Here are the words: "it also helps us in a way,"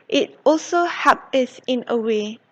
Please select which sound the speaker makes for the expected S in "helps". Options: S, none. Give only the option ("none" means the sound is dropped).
none